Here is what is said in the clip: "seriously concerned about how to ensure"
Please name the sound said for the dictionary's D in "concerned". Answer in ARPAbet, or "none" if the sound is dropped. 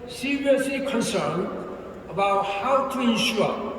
none